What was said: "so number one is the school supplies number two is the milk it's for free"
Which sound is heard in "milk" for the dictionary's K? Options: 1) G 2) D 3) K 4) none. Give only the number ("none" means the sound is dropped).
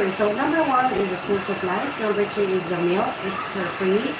4